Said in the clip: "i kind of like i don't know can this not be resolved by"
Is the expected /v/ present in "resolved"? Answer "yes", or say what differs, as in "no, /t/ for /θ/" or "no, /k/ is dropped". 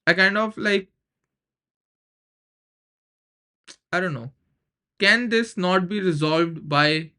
yes